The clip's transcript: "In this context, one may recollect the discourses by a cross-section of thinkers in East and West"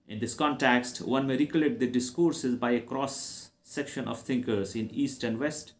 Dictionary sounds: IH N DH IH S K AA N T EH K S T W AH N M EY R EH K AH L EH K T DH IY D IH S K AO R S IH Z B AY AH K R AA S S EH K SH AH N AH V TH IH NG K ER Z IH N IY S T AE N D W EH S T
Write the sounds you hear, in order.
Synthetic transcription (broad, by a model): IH N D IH S K AA N T EH K S T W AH N M EY R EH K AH L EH T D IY D IH S K AO R S IH Z B AY AH K R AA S S EH K SH AH N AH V T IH NG K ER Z IH N IY S T AE N D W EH S T